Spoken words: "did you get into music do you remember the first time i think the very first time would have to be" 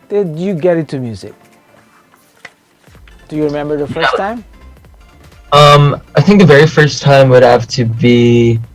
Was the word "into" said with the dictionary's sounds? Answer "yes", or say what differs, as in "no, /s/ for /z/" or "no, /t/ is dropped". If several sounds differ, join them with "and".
no, /n/ is dropped